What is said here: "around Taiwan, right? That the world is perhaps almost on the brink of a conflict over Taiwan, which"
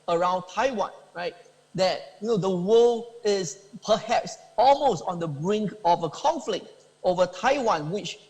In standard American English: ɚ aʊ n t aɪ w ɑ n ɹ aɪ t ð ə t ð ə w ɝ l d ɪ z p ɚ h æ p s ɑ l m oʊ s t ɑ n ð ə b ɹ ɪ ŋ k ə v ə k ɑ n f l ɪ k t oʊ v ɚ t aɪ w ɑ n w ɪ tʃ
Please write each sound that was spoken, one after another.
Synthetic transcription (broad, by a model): ɚ aʊ n t aɪ w ɑ n ɹ aɪ t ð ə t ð ə w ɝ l ɪ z p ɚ h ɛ p s ɑ l m oʊ s t ɑ n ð ə b ɹ ɪ ŋ k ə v ə k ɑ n f l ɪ k t oʊ v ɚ t aɪ w ɑ n w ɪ tʃ